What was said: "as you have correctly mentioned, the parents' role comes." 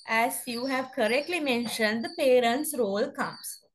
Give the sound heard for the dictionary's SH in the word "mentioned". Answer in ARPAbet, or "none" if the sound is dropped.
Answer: SH